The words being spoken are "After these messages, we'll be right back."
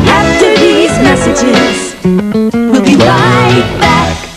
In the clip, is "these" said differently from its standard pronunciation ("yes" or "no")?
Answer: no